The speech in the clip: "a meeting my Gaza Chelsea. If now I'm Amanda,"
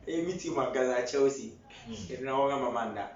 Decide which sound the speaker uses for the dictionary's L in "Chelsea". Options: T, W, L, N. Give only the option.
W